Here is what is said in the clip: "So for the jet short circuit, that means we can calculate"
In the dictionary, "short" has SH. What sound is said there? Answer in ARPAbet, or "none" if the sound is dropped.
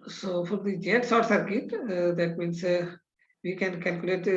S